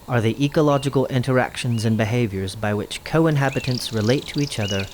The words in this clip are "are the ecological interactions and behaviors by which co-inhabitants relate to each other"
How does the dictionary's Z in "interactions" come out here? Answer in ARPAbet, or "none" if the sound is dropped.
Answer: Z